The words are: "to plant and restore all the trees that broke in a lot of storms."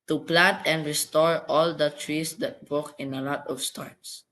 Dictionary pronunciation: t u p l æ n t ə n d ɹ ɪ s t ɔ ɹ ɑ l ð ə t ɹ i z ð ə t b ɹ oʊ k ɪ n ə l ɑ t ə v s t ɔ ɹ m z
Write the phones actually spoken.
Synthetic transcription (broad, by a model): t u p l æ n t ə n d ɹ ɪ s t ɔ ɹ ɑ l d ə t ɹ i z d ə t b oʊ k ɪ n ə l ɑ t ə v s t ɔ ɹ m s